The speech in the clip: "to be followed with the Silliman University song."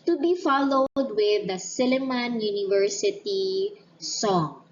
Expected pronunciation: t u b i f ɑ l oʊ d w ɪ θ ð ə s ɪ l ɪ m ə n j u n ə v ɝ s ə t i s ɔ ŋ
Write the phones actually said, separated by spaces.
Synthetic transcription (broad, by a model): t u b i f ɑ l oʊ d w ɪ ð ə s ɪ l ɪ m ə n j u n ə v ɝ s ə t i s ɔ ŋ